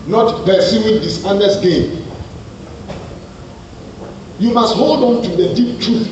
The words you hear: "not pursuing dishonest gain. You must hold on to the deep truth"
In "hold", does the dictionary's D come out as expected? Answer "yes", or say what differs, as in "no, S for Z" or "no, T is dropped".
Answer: yes